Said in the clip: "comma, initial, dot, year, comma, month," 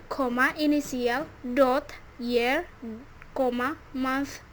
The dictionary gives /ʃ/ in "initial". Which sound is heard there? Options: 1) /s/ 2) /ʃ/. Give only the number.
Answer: 1